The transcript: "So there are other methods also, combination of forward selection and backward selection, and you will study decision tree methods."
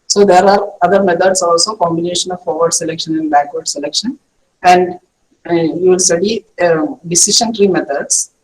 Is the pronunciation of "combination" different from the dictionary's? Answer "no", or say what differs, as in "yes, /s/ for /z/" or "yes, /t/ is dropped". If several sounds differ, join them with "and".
no